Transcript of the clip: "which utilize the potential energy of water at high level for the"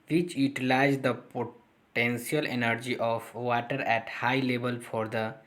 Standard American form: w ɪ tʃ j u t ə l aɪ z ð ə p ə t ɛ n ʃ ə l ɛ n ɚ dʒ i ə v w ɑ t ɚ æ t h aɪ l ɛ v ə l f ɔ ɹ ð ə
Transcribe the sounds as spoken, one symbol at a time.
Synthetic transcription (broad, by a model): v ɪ tʃ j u t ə l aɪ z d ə p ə t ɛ n s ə l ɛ n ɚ dʒ i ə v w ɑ t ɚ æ t h aɪ l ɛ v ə l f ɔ ɹ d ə